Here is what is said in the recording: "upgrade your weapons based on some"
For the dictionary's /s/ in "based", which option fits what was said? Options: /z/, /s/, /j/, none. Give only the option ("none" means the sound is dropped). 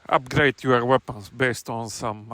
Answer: /s/